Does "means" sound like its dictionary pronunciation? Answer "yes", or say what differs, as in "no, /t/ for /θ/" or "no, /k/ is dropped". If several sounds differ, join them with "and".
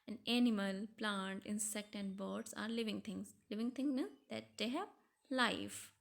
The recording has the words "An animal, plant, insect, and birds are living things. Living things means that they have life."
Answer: no, /n/ is dropped